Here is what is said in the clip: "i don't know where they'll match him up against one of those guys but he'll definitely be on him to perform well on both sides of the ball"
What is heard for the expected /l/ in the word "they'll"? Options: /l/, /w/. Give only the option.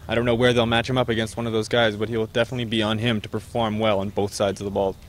/l/